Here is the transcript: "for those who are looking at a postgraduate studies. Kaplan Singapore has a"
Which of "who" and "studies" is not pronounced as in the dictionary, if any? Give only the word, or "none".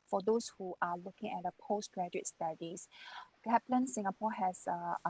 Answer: studies